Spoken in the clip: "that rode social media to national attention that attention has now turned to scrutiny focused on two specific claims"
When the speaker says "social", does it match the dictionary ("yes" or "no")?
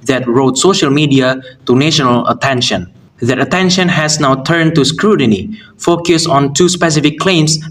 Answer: yes